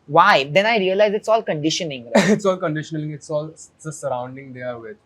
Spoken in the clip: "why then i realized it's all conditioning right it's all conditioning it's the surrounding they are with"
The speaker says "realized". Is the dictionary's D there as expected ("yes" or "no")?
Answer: no